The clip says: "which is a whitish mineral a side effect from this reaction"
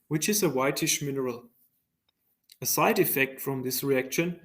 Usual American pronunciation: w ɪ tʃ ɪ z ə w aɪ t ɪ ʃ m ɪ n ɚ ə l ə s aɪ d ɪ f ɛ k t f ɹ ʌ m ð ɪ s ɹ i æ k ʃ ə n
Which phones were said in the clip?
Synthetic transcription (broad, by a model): w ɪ tʃ ɪ z ə w aɪ t ɪ ʃ m ɪ n ɚ ə l ə s aɪ d ɪ f ɛ k t f ɹ ʌ m ð ɪ s ɹ i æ k ʃ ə n